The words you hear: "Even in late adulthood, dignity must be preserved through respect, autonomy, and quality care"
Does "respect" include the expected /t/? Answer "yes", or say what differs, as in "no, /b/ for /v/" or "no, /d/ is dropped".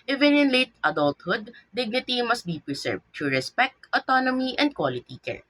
yes